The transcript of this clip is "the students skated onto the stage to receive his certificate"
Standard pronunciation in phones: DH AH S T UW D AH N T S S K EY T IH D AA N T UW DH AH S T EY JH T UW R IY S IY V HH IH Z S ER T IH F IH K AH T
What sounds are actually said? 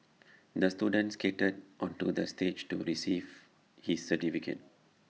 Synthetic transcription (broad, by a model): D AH S T UW D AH N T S S K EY T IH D AA N T UW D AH S T EY JH T UW R IY S IY V HH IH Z S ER T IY F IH K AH T